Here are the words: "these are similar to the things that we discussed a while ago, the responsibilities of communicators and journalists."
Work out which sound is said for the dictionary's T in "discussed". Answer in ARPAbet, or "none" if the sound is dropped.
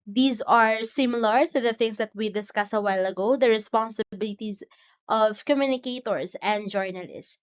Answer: none